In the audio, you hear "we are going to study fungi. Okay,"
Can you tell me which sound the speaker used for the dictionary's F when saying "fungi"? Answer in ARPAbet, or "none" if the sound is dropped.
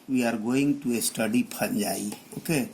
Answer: P